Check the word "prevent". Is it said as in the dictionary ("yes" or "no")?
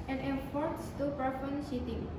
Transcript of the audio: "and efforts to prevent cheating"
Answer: no